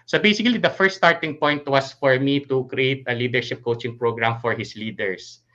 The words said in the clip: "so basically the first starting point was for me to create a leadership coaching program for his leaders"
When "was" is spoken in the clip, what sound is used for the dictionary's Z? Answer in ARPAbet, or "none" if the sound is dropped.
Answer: S